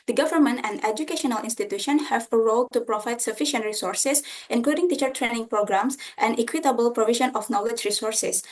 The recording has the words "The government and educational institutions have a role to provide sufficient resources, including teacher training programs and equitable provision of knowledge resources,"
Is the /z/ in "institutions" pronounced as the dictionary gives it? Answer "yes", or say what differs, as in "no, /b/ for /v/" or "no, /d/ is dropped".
no, /z/ is dropped